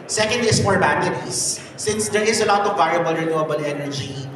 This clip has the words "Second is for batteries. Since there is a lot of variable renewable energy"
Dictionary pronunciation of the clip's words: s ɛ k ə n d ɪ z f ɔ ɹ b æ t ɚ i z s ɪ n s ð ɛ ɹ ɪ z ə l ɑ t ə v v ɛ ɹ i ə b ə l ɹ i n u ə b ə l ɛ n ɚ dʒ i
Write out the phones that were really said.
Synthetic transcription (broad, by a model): s ɛ k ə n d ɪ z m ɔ ɹ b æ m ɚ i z s ɪ n s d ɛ ɹ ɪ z ə l ɑ t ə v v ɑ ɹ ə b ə l ɹ i n u ə b ə l ɛ n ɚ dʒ i